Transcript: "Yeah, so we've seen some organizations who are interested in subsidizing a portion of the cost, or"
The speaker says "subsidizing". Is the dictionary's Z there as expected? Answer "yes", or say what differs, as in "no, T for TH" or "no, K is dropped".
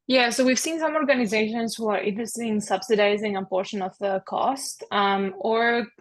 yes